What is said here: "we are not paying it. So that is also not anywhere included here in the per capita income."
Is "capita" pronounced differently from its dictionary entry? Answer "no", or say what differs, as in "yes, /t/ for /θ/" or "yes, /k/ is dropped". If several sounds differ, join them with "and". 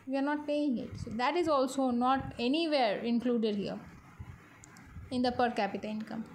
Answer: no